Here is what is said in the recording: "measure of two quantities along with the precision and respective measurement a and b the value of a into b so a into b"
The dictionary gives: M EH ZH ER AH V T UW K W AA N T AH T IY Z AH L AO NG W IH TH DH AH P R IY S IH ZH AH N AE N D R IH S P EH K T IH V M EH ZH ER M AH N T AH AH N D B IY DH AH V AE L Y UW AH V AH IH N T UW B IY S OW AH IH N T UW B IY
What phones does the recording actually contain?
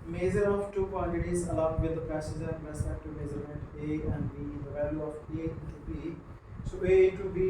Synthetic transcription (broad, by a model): M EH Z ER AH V T UW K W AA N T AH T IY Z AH L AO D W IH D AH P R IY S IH Z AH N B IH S EH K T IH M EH Z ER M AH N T AH AH N D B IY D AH V AE L Y UW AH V AH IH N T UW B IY S OW AH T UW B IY